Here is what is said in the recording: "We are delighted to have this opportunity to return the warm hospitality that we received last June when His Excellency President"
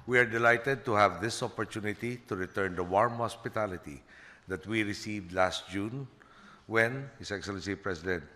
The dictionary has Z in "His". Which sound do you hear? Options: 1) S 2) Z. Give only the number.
1